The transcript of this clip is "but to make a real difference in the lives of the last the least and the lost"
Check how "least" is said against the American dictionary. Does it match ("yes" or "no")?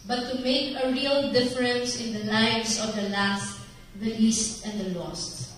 yes